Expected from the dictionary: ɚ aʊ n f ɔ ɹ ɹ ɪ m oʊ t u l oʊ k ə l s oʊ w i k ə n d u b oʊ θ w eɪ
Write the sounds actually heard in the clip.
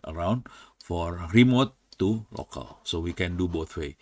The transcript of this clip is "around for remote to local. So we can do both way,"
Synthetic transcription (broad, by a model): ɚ aʊ n f ɔ ɹ ɹ ɪ m oʊ t u l oʊ k ə l s oʊ w i k ə n d u b oʊ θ w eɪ